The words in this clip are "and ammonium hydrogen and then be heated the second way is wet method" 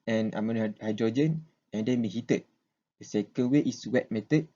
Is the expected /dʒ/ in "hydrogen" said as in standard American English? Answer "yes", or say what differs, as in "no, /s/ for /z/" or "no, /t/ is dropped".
yes